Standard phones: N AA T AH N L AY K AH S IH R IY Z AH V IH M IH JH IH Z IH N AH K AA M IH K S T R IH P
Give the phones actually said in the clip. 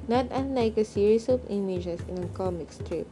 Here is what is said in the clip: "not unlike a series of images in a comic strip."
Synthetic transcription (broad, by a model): N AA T AH N L AY K AH S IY R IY S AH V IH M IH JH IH S IH N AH K AA M IH K S T R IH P